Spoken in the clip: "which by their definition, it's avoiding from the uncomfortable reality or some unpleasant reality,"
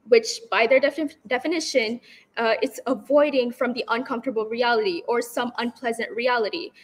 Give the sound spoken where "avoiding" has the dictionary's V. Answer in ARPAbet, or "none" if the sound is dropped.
V